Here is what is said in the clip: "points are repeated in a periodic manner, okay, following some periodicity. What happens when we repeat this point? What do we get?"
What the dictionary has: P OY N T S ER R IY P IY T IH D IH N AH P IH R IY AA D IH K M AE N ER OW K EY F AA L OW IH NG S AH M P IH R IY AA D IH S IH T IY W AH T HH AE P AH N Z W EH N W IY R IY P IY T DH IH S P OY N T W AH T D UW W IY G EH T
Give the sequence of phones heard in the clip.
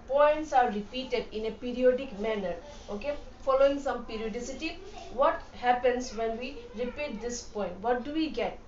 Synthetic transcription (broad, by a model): P OY N T S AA R IY P IY T IH D IH N AH P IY R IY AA D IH K M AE N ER OW K EY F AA L OW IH NG S AH M P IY R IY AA D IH S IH T IY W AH T HH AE P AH N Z W EH N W IY R IY P IY T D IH S P OY N T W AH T D UW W IY G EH T